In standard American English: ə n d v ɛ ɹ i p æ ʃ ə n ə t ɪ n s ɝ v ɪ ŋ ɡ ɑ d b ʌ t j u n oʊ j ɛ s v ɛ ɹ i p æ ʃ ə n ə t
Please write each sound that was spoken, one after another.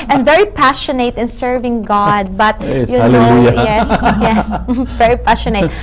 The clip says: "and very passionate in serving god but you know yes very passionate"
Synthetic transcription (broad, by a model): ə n v ɛ ɹ i p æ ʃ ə n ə t ɪ n s ɝ v ɪ ŋ ɡ ɑ d b ʌ t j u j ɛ j ɛ s v ɛ ɹ i p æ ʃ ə n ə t